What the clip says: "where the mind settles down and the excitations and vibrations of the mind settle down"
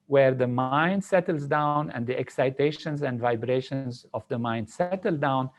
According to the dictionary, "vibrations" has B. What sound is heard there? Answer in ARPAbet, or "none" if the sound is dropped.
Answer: B